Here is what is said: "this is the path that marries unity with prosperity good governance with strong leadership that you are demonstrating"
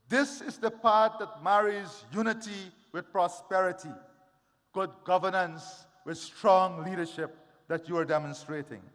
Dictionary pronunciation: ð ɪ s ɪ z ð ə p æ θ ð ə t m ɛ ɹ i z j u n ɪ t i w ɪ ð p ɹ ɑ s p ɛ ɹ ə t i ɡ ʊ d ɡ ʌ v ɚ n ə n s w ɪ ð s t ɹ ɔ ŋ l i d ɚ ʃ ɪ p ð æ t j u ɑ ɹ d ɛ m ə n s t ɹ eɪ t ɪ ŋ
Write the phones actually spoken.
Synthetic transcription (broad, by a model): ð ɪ s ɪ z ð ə p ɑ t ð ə t m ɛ ɹ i z j u n ɪ t i w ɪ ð p ɹ ɑ s p ɛ ɹ ə t i ɡ ʊ d ɡ ʌ v ɚ n ə n s w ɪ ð s t ɹ ɔ ŋ l i d ɚ ʃ ɪ p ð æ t j u ɑ ɹ d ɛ m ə n s t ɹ eɪ t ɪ ŋ